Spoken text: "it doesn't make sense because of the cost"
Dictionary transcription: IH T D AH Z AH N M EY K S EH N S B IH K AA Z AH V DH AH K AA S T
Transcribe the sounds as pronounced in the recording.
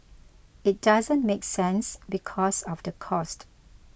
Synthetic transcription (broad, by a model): IH T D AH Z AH N M EY K S EH N S B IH K AA S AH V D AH K AA S T